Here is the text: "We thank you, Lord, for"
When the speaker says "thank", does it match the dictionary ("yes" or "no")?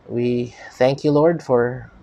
yes